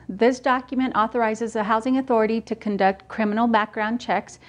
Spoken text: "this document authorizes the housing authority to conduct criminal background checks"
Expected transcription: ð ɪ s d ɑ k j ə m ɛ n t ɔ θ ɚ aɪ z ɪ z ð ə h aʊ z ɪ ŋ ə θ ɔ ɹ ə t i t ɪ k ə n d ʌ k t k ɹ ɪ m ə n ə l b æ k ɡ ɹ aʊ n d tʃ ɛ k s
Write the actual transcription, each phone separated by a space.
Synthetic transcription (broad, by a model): ð ɪ s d ɑ k j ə m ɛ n t ɔ θ ɚ aɪ z ɪ z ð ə h aʊ z ɪ ŋ ə θ ɔ ɹ ə t i t ɪ k ə n d ʌ k t k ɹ ɪ m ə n l b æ k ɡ ɹ aʊ n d tʃ ɛ k s